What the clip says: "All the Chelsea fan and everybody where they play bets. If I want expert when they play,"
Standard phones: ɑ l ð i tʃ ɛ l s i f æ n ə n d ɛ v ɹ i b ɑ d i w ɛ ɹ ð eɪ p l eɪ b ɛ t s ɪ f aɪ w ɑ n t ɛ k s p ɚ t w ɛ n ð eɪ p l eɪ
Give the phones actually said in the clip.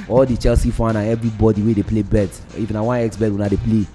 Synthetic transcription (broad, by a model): ɑ l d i tʃ ɛ l s i f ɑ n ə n ɛ v ɹ i b ɑ d i w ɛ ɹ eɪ p l eɪ b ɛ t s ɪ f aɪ w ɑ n ɛ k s b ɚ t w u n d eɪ p l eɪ